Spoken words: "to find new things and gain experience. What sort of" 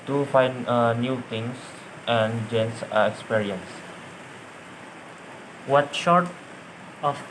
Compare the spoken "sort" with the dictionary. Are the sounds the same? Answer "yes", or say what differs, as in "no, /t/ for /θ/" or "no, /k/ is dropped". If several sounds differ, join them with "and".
no, /ʃ/ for /s/